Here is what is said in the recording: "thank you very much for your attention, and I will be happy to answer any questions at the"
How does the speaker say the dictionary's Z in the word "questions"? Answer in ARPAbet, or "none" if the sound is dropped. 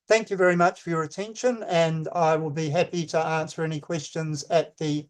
Z